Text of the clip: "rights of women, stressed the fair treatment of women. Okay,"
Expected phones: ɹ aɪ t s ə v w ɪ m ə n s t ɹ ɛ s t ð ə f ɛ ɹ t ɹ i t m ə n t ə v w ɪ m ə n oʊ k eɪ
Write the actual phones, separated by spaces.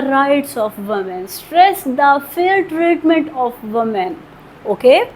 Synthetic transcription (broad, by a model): ɹ aɪ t s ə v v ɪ m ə n s t ɹ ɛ s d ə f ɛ l t ɹ i t m ə n t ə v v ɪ m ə n oʊ k eɪ